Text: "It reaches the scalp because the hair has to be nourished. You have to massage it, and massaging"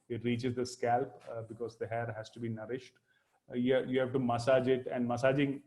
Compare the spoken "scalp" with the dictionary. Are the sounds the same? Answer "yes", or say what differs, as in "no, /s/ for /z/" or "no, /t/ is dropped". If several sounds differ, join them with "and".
yes